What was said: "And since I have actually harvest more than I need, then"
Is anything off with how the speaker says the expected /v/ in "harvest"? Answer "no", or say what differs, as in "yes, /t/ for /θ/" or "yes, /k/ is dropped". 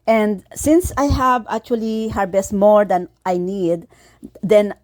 yes, /b/ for /v/